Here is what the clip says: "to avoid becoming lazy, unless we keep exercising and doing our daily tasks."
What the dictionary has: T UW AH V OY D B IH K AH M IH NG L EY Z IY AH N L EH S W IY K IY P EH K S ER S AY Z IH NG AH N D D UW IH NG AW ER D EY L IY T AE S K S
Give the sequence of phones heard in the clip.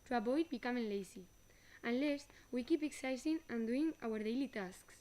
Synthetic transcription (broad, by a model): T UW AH B OY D B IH K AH M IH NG L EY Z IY AH N L EH S W IY K IY P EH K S S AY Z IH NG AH N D D UW IH NG AW ER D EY L IY T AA S K S